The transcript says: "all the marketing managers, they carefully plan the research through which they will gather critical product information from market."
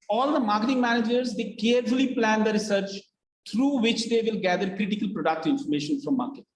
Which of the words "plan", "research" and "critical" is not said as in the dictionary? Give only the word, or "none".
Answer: none